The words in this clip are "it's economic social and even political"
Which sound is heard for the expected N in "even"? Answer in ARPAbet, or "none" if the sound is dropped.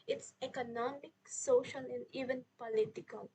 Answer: N